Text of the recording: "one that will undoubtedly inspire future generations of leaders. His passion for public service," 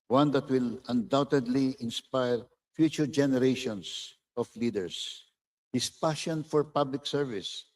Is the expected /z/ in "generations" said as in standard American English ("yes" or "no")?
no